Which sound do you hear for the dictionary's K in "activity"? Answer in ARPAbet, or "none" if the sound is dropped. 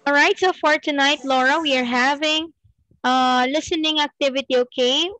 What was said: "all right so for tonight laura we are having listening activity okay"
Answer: K